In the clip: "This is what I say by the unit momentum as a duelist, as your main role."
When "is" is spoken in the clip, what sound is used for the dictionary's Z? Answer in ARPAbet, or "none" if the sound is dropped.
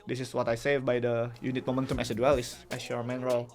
S